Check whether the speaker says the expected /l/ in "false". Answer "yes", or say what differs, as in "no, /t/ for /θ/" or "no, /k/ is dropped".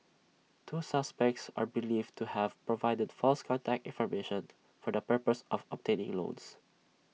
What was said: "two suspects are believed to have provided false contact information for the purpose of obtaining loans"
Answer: yes